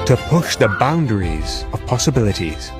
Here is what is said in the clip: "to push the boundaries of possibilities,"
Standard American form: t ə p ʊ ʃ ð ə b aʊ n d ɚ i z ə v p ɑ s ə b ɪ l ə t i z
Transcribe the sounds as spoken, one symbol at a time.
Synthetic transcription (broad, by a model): t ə p ʊ ʃ ð ə b aʊ n d ɚ i z ə v p ɑ s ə b ɪ l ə t i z